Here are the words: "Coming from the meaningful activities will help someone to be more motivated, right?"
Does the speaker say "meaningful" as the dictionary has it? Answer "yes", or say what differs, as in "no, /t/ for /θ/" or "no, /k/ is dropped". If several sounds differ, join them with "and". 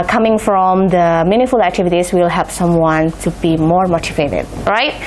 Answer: no, /ŋ/ is dropped